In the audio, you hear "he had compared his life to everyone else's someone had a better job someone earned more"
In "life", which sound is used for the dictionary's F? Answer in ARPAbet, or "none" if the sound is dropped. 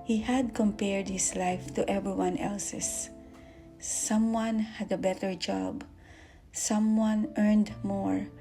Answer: F